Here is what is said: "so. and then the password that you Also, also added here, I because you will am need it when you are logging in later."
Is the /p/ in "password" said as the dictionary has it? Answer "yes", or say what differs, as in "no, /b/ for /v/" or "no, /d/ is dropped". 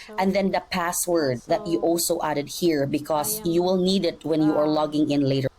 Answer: yes